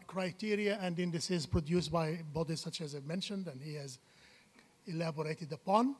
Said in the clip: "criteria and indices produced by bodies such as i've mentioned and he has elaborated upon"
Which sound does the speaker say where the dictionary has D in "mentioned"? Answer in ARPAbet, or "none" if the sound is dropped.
D